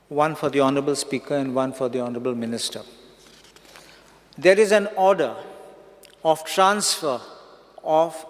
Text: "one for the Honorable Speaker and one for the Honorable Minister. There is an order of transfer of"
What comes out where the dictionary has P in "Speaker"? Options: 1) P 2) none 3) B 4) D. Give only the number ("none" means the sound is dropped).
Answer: 1